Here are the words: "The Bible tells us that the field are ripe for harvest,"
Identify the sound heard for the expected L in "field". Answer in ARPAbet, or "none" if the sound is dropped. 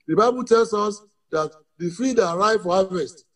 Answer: none